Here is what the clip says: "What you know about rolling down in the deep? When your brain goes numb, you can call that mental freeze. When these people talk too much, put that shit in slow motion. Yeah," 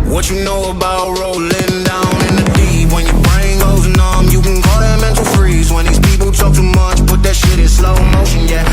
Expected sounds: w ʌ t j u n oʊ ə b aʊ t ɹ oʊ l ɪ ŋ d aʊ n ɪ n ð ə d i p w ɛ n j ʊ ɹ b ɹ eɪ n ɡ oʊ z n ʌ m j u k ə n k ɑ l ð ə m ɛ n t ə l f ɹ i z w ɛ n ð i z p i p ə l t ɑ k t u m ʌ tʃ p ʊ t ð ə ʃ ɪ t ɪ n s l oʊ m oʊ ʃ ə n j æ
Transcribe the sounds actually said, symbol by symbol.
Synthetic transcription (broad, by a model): w ʌ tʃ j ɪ n oʊ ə b aʊ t ɹ oʊ l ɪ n d aʊ n ɪ n ð ə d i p w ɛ n j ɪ ɹ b ɹ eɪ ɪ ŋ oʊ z n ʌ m j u k ə n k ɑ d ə m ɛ n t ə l f ɹ i z w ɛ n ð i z p i p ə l t ɑ k t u m ʌ tʃ b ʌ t ð ə ʃ ɪ t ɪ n s l oʊ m oʊ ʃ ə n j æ